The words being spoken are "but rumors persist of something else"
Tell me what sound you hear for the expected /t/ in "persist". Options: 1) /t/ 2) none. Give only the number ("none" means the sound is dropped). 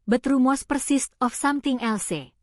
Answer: 1